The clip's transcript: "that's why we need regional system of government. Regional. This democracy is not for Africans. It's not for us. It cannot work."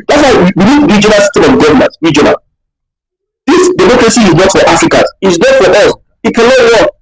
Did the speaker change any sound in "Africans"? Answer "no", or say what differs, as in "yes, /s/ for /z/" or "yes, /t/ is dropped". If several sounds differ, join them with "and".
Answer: yes, /n/ is dropped